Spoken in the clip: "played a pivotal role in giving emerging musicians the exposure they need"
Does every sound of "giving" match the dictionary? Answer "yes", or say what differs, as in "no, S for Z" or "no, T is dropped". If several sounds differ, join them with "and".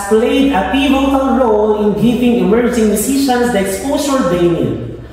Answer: no, P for V